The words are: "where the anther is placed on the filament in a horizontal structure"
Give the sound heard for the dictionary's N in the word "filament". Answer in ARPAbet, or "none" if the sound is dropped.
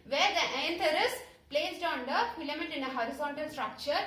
none